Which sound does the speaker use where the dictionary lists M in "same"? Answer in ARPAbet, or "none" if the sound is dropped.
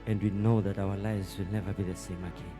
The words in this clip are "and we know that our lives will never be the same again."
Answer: M